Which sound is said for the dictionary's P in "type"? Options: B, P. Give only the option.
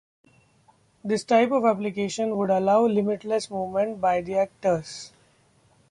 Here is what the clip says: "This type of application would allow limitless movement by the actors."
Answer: P